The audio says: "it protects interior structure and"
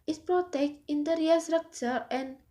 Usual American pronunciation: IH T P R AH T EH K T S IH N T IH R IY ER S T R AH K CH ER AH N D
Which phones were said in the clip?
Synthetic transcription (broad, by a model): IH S P R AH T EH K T IH N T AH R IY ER S T R AH K CH ER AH N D